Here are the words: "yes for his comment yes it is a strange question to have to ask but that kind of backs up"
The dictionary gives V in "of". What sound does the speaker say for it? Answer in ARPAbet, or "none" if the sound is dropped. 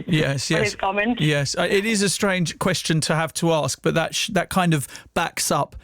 V